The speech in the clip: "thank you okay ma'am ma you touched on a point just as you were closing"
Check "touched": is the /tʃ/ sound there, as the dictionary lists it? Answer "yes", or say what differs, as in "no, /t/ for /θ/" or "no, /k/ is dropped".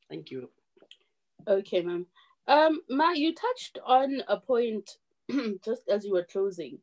yes